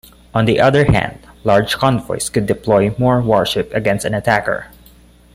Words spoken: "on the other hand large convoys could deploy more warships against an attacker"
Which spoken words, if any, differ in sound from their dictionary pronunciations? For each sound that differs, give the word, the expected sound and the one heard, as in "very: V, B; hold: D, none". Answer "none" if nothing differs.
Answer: convoys: Z, S; warships: S, none